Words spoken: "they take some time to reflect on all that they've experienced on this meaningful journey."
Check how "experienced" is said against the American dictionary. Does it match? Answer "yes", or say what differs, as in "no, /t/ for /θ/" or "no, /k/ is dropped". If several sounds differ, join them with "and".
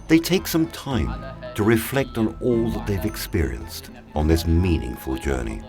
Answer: yes